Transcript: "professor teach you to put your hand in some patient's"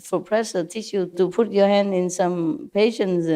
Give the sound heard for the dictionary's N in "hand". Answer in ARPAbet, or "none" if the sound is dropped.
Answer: N